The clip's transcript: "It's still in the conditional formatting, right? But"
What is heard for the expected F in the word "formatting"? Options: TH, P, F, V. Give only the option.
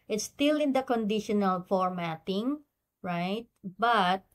F